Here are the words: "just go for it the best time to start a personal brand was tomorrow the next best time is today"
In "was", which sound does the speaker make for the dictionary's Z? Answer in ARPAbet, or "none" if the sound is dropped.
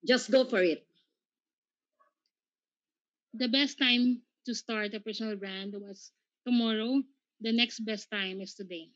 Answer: S